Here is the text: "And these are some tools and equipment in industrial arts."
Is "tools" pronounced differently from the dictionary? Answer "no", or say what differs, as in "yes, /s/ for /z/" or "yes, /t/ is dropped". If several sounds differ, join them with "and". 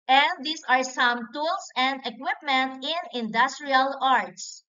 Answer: yes, /s/ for /z/